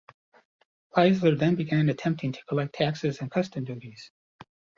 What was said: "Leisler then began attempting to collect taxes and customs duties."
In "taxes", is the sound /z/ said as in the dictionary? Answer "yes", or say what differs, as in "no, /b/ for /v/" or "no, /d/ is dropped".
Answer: yes